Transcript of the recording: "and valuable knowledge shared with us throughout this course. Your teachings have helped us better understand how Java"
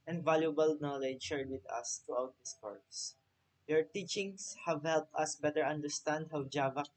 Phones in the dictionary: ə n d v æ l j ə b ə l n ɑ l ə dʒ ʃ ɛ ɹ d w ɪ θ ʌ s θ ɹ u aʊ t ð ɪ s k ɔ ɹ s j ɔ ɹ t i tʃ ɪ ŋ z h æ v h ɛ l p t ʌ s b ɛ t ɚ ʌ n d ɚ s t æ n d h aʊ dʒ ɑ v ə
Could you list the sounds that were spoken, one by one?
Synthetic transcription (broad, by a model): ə n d v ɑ l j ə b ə l n ɑ l ə dʒ ʃ ɛ ɹ d w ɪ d ʌ s t ɹ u aʊ t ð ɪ s k ɔ ɹ s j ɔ ɹ t i tʃ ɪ ŋ s h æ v h ɛ l p t ʌ s b ɛ t ɚ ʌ n d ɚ s t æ n d h aʊ dʒ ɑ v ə